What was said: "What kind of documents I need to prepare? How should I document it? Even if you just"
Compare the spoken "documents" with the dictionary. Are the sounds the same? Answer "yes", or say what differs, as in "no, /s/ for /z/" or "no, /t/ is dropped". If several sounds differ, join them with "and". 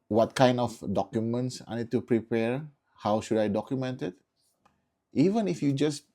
yes